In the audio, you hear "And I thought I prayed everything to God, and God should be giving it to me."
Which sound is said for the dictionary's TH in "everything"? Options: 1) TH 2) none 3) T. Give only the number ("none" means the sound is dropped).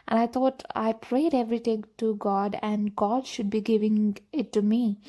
3